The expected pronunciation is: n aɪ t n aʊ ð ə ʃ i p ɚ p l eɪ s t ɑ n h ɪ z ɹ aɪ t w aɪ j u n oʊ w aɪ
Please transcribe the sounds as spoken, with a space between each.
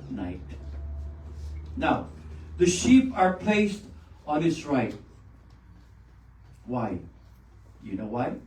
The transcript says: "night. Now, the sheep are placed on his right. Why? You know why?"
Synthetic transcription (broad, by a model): n aɪ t n aʊ ð ə ʃ i p ɚ p l eɪ s t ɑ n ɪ s ɹ aɪ t w aɪ j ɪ n oʊ w aɪ